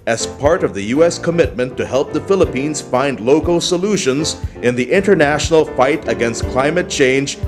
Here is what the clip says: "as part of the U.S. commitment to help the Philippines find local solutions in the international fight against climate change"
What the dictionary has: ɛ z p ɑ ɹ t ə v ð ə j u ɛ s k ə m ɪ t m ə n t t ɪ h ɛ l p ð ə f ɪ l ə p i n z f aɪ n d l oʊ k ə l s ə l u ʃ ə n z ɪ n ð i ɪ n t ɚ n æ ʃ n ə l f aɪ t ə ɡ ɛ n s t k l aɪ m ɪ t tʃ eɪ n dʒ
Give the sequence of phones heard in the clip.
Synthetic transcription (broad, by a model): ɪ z p ɑ ɹ t ə v ð ə j u ɛ s k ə m ɪ t m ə n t t ɪ h ɛ l p ð ə f ɪ l ə p i n z f aɪ n d l oʊ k l s ə l u ʃ ə n z ɪ n ð i ɪ n t ɚ n æ ʃ n l f aɪ t ə ɡ ɛ n s t k l aɪ m ɪ t tʃ eɪ n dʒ